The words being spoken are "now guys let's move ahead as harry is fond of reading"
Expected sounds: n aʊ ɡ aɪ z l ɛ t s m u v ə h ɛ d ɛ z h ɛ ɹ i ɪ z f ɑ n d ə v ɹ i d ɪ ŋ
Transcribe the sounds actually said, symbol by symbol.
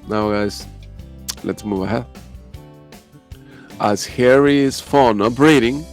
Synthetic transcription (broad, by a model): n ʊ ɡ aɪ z l ɛ t s m u v ə h ɛ d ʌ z h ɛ ɹ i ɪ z f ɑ n ə p ɹ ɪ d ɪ ŋ